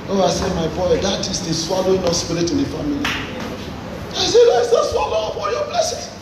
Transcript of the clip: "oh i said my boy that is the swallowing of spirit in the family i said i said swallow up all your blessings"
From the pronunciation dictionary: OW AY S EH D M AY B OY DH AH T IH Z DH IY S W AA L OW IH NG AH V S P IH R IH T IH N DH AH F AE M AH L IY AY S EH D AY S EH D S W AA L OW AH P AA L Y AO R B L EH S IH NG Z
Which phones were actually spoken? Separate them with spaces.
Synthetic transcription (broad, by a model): OW AY S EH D M AY B OY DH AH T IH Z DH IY S W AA L OW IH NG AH S P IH R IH T IH N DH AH F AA M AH L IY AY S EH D AY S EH S W AA L OW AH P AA N Y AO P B L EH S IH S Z